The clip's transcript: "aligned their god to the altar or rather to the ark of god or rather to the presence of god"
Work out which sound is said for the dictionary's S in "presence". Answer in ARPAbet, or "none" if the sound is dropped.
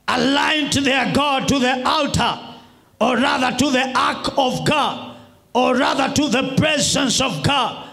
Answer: S